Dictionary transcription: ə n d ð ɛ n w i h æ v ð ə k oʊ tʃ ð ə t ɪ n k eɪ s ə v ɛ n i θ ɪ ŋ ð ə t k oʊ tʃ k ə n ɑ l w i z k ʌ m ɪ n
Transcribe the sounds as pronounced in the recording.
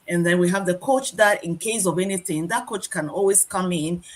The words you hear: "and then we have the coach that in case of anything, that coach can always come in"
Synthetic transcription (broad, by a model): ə n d ð ɛ n w i h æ v ð ə k oʊ tʃ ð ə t ɪ n k eɪ s ə v ɛ n i θ ɪ ŋ ð ə t k oʊ tʃ k ə n ɑ l w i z k ʌ m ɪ n